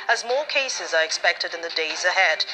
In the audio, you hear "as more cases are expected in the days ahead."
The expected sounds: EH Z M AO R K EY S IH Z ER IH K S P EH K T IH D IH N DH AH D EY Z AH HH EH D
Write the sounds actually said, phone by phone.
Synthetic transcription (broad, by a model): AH Z M AO R K EY S IH Z ER IH K S P EH K T IH D IH N DH AH D EY Z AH HH EH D